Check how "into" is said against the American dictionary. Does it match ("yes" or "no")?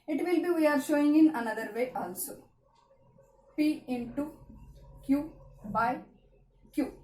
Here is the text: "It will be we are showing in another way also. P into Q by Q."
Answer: yes